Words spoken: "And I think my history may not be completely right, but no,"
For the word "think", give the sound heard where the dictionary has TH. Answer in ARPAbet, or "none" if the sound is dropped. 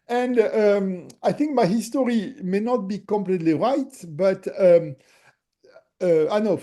TH